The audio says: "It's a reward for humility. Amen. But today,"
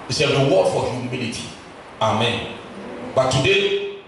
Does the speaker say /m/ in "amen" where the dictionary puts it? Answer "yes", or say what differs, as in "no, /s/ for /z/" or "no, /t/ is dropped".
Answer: yes